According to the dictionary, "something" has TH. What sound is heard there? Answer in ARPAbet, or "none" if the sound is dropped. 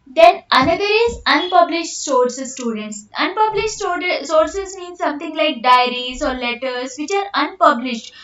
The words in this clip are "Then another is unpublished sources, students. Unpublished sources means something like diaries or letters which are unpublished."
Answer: T